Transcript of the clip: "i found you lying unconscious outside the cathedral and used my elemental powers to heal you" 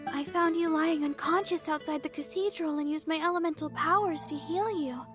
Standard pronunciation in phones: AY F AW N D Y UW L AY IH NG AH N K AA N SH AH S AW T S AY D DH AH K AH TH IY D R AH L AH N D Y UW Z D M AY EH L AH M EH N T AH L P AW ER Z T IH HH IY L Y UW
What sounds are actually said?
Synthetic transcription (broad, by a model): AY F AW N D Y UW L AY IH NG AH N K AA N SH AH S AW T S AY D DH AH K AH TH IY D R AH L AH N Y UW Z M AY EH L AH M EH N T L P AW ER Z T IH HH IY L Y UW